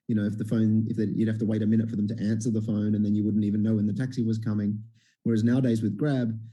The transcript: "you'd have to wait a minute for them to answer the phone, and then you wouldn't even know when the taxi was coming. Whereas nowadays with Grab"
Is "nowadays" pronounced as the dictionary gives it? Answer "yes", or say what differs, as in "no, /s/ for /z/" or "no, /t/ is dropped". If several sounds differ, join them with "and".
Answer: yes